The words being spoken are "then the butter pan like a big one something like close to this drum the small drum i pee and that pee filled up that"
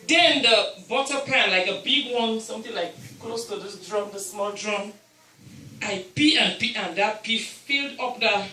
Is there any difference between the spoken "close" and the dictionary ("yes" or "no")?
no